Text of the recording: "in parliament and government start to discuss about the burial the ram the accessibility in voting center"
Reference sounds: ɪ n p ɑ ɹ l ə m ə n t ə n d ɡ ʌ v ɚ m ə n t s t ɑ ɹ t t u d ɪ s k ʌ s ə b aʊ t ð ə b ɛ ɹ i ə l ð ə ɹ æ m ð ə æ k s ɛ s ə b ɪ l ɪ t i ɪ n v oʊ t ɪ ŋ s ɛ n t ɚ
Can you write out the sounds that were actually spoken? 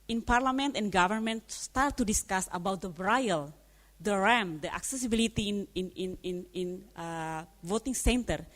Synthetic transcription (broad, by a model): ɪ n p ɑ ɹ l ə m ə n t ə n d ɡ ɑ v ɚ m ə n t s t ɑ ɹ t t u d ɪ s k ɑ s ə b aʊ t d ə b ɹ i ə l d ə ɹ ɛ m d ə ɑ k s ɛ s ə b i l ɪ t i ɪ n v oʊ t ɪ ŋ s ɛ n t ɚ